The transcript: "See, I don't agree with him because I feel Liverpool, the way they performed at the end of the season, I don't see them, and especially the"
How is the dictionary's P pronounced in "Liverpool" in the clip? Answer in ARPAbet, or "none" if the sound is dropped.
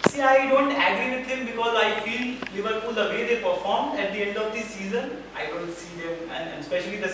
F